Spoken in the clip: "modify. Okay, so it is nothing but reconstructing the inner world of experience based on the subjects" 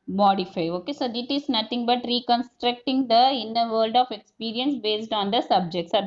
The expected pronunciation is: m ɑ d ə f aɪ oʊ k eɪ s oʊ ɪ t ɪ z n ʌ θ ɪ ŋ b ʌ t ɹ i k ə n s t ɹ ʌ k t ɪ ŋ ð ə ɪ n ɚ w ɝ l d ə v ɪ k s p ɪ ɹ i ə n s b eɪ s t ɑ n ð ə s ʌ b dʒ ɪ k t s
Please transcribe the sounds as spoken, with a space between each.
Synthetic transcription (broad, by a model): m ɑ d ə f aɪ oʊ k eɪ s oʊ ɪ t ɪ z n ʌ t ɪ ŋ b ʌ t ɹ i k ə n s t ɹ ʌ k t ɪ ŋ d ə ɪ n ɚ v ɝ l d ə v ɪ k s p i ɹ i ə n s b eɪ s t ɑ n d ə s ʌ b dʒ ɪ k t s